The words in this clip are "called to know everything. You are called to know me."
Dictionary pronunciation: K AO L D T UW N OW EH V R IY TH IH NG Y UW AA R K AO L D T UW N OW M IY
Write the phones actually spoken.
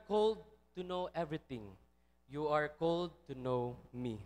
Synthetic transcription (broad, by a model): K AO L D T UW N OW EH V R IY T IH NG Y UW AA R K AO L D T UW N OW M IY